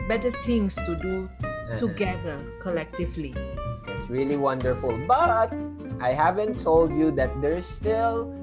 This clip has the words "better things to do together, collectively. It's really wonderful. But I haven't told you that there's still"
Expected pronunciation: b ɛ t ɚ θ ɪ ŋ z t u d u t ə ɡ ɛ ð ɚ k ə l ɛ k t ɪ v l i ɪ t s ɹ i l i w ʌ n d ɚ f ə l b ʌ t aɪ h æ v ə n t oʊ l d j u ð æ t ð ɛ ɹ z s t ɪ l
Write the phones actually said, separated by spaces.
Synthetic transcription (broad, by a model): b ɛ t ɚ t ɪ ŋ s t u d u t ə ɡ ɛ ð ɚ k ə l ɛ k t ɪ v l i ɪ t s ɹ i l i w ʌ n d ɚ f ə l b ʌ t aɪ h æ v ə n t oʊ l d j u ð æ t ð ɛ ɹ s t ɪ l